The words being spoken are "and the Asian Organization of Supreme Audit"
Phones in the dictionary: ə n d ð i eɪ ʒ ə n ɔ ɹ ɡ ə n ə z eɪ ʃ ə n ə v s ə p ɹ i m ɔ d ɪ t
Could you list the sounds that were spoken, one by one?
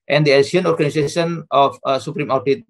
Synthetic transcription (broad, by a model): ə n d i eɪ s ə n ɔ ɹ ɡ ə n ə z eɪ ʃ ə n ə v s ə p ɹ i m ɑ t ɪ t